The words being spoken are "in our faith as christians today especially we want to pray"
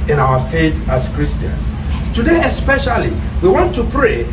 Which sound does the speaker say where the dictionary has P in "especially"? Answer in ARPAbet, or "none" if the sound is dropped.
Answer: P